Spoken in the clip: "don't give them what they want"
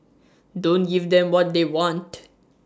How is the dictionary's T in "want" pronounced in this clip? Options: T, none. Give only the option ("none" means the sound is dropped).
T